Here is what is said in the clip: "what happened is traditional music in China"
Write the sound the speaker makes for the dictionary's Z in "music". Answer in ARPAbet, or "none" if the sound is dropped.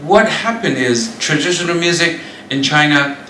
Z